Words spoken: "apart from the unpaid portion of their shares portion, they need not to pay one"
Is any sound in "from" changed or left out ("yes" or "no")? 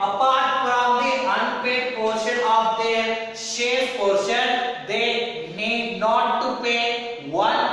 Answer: yes